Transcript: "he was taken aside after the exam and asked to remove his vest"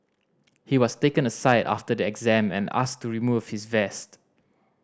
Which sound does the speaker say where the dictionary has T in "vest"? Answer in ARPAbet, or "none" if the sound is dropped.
T